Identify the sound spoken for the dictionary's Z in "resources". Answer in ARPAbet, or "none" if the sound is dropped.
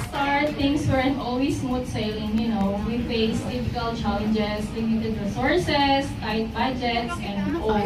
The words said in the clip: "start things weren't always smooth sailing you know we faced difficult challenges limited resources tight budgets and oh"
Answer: S